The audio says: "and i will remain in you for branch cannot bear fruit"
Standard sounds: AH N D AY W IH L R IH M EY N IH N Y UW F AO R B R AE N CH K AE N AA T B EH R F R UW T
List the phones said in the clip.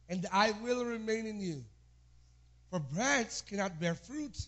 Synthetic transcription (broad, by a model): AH N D AY W IH L R IH M EY N IH N Y UW F AO R B R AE N S K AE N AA T B EH R F R UW T